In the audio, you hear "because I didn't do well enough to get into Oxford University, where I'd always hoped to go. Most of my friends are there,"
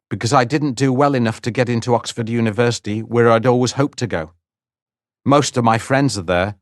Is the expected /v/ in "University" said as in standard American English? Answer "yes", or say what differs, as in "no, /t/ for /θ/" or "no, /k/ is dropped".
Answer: yes